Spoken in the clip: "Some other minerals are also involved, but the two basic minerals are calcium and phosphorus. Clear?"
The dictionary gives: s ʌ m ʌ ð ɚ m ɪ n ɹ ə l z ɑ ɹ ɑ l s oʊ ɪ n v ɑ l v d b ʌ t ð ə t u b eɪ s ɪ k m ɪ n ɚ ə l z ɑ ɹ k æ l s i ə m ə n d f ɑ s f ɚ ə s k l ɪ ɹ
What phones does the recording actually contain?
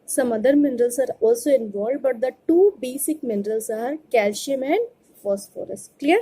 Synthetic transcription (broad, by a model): s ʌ m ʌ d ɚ m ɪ n ɹ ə l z ɑ ɹ ɑ l s oʊ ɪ n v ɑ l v d b ʌ t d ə t u b eɪ s ɪ k m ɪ n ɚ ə l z ɑ ɹ k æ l ʃ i m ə n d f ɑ s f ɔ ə s k l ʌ ɹ